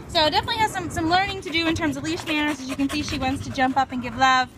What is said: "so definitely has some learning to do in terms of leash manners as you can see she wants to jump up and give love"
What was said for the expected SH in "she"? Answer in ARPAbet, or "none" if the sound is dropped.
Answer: SH